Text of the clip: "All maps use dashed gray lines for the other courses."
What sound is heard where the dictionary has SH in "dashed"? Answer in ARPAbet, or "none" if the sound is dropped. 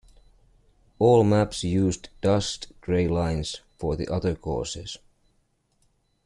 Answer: S